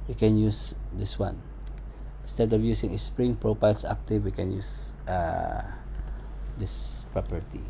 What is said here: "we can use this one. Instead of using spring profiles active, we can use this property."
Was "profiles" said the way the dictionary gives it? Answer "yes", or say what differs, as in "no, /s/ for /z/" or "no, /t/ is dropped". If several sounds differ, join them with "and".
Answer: no, /p/ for /f/ and /s/ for /z/